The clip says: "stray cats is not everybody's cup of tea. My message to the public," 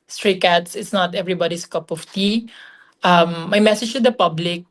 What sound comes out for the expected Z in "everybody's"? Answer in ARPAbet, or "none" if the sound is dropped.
S